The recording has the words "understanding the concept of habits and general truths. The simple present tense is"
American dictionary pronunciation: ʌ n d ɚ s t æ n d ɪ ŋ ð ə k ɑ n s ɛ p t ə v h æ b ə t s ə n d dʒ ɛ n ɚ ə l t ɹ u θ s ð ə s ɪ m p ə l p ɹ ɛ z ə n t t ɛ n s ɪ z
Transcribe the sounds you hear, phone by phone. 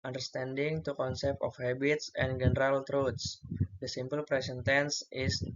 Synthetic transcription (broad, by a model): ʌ n d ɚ s t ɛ n d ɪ ŋ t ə k ɑ n s ɛ p t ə f h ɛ b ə t s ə n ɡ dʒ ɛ n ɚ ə l t ɹ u t s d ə s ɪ m p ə l p ɹ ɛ s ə n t t ɛ n s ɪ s